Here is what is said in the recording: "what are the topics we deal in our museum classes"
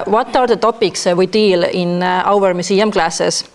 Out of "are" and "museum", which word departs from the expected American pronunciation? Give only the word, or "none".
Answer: museum